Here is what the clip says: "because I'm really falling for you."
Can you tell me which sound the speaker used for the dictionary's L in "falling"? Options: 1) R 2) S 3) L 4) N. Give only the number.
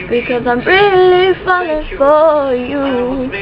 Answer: 4